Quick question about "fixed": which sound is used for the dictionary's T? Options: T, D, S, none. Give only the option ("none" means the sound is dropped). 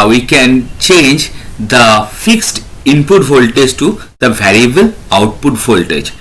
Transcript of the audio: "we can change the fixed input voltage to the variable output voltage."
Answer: T